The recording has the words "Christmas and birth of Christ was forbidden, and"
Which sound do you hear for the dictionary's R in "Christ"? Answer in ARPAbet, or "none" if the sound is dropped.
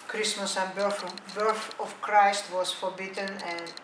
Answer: R